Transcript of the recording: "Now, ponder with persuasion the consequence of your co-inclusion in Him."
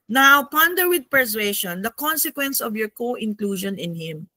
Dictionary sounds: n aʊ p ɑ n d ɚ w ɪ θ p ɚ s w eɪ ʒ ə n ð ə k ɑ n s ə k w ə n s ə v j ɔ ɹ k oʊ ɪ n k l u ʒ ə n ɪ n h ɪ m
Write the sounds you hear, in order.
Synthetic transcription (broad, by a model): n aʊ p ɑ n d ɚ w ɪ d p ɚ s w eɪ ʃ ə n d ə k ɑ n s ə k w ə n s ə v j ɔ ɹ k oʊ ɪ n k l u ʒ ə n ɪ n h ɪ m